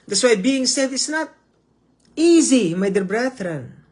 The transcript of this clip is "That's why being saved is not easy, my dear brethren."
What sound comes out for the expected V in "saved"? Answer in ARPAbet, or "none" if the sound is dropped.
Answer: none